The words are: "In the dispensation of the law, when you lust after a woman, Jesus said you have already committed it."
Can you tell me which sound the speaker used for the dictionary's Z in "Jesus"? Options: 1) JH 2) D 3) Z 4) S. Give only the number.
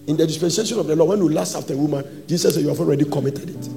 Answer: 4